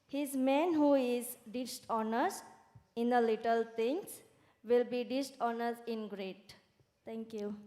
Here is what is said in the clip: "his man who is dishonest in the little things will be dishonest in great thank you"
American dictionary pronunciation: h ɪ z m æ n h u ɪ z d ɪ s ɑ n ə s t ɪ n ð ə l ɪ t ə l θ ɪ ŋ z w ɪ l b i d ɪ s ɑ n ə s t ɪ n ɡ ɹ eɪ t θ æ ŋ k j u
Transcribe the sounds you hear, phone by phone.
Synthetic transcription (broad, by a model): h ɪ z m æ n h u ɪ z d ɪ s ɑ n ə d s ɪ n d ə l ɪ t ə l t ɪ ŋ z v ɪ l b i d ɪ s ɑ n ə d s ɪ n ɡ ɹ eɪ t t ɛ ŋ k j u